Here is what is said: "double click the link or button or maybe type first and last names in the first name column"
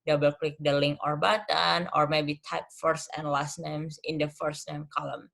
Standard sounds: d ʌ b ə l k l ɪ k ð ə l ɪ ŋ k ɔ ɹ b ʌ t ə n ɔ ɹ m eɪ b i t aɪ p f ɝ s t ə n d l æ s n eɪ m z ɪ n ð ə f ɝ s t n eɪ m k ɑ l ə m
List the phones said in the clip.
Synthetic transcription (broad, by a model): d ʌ b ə l k l ɪ k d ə l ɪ ŋ ɔ ɹ b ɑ t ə n ɔ ɹ m eɪ b i t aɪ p f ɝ s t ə n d l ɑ s n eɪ m s ɪ n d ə f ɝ s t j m k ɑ l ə m